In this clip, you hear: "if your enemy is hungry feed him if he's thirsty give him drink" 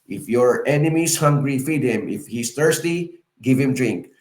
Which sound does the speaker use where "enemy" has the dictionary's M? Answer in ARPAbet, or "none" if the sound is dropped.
M